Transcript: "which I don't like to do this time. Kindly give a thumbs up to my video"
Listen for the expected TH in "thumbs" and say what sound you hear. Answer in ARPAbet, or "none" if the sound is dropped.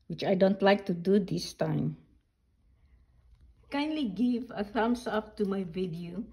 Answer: S